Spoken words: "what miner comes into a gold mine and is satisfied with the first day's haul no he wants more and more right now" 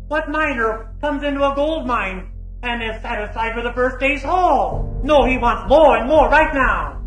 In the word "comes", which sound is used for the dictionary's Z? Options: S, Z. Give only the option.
Z